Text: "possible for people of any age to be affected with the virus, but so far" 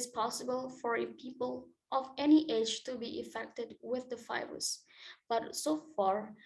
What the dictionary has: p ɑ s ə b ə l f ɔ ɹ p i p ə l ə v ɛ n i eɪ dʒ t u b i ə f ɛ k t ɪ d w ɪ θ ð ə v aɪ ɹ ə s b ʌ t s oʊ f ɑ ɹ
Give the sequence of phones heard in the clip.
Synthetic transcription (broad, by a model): p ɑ s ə b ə l f ɔ ɹ p i p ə l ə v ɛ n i eɪ dʒ t u b i ə f ɛ k t ɪ d w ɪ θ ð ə f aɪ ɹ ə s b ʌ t s oʊ f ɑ ɹ